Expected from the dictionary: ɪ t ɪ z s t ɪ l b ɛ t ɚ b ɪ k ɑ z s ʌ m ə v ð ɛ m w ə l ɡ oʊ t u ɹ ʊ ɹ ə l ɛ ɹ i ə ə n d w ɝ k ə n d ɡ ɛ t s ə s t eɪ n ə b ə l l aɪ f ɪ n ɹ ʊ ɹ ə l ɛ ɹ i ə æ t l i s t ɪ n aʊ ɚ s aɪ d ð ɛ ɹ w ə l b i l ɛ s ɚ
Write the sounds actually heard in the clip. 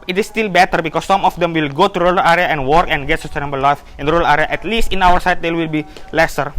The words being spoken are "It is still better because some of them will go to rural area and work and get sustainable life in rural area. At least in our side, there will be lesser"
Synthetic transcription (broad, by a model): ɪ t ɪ s t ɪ l b ɛ t ɚ b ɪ k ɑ s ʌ m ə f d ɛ m w ə l ɡ oʊ t u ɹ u l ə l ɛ ɹ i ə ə n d w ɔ k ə n ɡ ɛ t s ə s t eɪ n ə b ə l l aɪ f ɪ n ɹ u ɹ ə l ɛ ɹ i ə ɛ t l i s t ɪ n aʊ ɚ s aɪ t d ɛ w ə l b i l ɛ s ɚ